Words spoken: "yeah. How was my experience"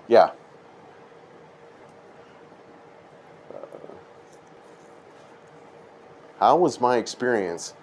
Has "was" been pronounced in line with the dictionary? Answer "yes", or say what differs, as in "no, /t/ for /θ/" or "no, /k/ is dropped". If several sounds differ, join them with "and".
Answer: yes